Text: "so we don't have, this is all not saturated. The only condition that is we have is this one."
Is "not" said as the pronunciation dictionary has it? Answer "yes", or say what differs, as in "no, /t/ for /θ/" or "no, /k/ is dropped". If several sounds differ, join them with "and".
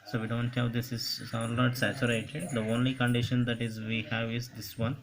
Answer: no, /l/ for /n/